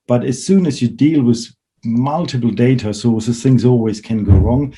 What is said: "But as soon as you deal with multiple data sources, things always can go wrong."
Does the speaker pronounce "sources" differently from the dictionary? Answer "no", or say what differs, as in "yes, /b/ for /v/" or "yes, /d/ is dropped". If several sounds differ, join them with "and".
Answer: yes, /z/ is dropped